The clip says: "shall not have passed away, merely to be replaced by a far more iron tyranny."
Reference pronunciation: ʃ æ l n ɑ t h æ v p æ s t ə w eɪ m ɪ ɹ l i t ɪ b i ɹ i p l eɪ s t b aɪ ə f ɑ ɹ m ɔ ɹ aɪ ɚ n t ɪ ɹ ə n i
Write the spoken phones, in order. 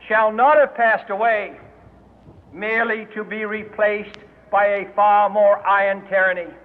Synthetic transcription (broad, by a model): ʃ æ l n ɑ t h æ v p æ s t ə w eɪ m ɪ ɹ l i t ɪ b i ɹ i p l eɪ s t b aɪ ə f ɑ ɹ m ɔ ɹ aɪ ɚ n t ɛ ɹ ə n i